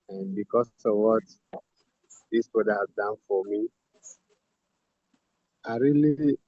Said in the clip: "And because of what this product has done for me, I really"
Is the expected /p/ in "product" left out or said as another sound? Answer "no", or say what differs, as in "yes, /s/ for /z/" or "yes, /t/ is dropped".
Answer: yes, /b/ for /p/